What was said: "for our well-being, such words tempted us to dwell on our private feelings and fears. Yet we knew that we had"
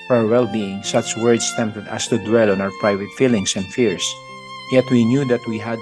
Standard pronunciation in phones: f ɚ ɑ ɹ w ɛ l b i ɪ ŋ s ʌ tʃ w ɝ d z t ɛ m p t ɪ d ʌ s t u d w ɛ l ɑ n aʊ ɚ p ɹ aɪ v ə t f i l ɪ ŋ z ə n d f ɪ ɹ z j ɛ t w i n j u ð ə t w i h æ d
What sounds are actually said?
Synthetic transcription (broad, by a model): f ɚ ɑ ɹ w ɛ l b i ɪ ŋ s ʌ tʃ w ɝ d s t ɛ m p t ɪ d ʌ s t u d w ɛ l ɑ n aʊ ɚ p ɹ aɪ v ə t f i l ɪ ŋ s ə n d f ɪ ɹ s j ɛ t w i n j u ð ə t w i h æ d